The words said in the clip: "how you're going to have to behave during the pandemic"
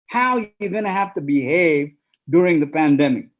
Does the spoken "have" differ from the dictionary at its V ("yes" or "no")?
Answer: yes